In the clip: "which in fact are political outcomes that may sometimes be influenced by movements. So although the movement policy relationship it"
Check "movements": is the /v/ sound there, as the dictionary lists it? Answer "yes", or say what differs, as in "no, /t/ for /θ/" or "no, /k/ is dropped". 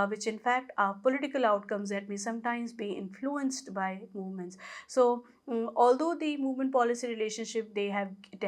yes